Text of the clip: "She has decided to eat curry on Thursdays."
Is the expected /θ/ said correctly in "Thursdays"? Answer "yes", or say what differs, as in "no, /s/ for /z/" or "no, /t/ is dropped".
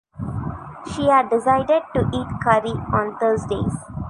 no, /t/ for /θ/